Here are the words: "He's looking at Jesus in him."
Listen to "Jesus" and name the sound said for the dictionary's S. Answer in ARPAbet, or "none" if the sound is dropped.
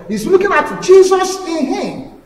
S